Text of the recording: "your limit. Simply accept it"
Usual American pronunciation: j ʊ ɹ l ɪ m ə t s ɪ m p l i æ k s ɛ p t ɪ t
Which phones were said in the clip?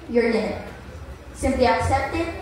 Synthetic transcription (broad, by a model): j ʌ ɹ n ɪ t s ɪ m p l i æ k s ɛ p t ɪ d